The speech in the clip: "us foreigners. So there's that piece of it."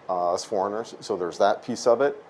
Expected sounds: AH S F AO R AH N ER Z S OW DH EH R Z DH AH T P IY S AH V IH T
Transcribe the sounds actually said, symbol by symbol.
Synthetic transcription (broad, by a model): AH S F AO R AH N ER Z S OW DH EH R Z DH AH T P IY S AH V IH T